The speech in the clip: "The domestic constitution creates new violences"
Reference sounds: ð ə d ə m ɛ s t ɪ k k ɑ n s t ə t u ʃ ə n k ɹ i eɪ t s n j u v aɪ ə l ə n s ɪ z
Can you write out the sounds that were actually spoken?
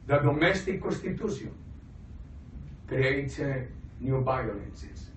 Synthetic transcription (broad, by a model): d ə d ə m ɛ s t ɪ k k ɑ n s t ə t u s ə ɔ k ɹ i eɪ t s n j u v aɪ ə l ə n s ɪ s